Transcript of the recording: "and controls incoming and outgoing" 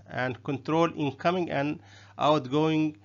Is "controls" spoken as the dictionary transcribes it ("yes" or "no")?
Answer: no